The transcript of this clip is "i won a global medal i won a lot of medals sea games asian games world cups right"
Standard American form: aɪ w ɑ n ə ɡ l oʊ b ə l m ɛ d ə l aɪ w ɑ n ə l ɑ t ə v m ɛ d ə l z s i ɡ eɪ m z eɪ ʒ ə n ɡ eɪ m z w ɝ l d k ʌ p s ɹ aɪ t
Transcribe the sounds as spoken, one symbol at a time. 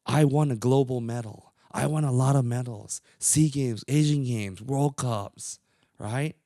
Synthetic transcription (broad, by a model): aɪ w ɑ n ə ɡ l oʊ b l m ɛ d l aɪ w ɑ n ə l ɑ t ə v m ɛ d l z s i ɡ eɪ m z eɪ ʒ ə n ɡ eɪ m z w ɝ l d k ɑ p s ɹ aɪ t